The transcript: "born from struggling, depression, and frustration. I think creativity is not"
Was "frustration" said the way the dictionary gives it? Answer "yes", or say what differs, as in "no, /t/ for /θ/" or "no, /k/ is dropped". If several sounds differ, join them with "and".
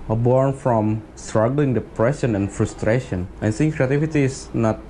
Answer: yes